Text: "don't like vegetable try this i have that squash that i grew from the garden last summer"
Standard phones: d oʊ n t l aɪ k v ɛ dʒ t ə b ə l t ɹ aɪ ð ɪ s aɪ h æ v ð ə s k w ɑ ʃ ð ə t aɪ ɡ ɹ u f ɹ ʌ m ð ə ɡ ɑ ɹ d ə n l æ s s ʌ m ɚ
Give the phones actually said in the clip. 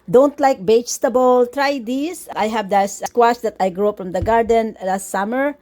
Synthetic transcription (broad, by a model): d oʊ n t l aɪ k b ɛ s t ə b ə l t ɹ aɪ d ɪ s aɪ h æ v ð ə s k w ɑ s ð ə t aɪ ɡ ɹ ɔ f ɹ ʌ m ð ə ɡ ɑ ɹ d ə n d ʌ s s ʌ m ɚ